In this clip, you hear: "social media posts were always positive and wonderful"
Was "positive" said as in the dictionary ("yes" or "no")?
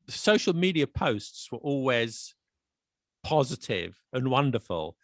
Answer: yes